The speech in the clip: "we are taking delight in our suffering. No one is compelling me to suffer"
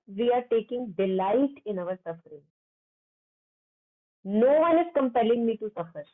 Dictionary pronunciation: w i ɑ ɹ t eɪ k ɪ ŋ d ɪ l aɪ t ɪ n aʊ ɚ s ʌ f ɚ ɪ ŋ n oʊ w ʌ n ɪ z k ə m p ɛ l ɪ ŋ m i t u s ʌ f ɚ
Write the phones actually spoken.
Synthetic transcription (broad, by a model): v i ɑ ɹ t eɪ k ɪ ŋ d ɪ l aɪ t ɪ n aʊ ɚ s ʌ f ɚ ɪ ŋ n oʊ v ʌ n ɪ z k ə m p ɛ l ɪ ŋ m i t u s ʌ f ɚ